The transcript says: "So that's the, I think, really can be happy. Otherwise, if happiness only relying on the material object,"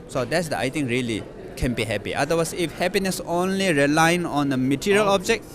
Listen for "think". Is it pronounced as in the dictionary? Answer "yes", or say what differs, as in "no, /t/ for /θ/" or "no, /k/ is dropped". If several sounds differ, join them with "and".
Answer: no, /t/ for /θ/